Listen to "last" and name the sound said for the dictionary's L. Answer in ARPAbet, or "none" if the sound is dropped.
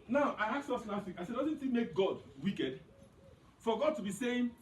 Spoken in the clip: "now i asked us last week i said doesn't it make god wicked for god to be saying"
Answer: N